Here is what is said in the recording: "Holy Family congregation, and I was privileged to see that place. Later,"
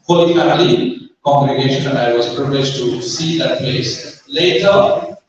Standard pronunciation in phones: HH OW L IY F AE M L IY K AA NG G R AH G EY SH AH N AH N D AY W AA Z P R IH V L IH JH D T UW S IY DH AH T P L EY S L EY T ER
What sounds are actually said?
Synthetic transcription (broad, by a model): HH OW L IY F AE L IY K AA NG G R AH G EY SH AH N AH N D AY W AA Z P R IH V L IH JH T UW S IY DH AH T P L EY S L EY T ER